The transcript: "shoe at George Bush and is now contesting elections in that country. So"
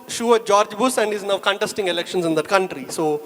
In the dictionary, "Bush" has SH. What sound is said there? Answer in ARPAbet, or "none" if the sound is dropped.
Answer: S